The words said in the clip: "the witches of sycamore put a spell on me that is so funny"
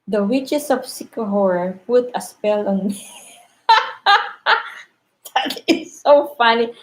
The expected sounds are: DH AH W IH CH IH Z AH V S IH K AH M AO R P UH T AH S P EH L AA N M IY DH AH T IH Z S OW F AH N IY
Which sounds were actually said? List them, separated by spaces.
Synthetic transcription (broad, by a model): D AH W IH CH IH S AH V S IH K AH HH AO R P UH T AH S P EH L AA N M IY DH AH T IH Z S OW F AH N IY